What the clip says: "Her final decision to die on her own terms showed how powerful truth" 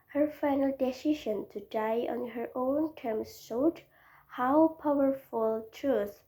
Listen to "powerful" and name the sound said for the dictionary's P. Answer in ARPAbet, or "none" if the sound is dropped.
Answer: P